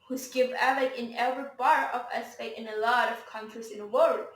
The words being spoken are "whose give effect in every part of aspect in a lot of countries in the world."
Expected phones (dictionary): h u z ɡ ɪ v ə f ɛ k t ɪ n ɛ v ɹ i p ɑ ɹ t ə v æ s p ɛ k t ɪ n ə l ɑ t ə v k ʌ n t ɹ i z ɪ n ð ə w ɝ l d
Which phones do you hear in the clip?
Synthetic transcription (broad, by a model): h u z ɡ ɪ v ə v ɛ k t ɪ n ɛ v ɹ i b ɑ ɹ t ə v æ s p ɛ t ɪ n ə l ɑ t ə v k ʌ n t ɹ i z ɪ n ð ə w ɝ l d